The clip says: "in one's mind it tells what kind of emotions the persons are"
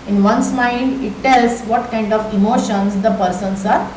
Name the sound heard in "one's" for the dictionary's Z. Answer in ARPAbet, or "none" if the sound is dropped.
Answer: S